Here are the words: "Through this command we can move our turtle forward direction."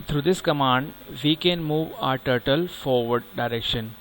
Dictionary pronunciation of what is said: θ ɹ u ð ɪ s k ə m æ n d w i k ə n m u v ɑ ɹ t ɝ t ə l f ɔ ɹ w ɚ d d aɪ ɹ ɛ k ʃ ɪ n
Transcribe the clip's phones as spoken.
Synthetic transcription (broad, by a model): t ɹ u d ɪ s k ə m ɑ n d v i k ə n m u v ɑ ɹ t ɝ t ə l f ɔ ɹ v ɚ d d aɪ ɹ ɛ k ʃ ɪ n